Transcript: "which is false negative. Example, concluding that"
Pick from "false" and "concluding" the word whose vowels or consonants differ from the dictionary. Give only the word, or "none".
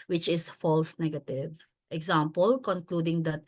none